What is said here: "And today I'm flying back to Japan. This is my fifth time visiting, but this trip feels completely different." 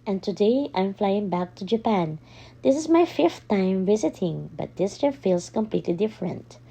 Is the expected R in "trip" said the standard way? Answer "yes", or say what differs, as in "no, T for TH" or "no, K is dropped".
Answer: no, R is dropped